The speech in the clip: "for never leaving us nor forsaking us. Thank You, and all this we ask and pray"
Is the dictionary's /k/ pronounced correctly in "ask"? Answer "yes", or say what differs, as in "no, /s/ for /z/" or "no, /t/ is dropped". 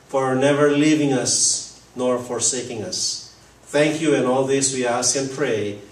yes